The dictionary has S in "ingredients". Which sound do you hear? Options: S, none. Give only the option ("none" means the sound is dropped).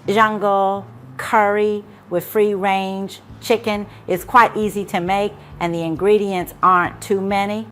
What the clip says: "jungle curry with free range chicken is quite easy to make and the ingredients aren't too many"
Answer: S